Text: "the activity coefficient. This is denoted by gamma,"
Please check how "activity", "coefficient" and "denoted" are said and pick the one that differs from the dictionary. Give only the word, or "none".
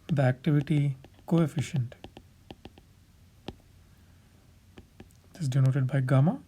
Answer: none